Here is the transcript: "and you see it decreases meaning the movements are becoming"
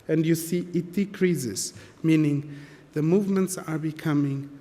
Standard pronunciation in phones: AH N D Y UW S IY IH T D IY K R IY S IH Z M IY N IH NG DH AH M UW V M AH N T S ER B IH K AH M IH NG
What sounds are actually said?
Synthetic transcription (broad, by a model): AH N D Y UW S IY IH T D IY K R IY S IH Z M IY N IH NG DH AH M UW V M AH N T S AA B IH K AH M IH NG